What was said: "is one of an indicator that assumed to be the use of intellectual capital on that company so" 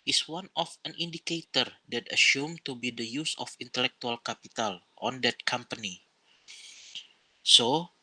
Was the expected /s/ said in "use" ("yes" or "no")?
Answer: yes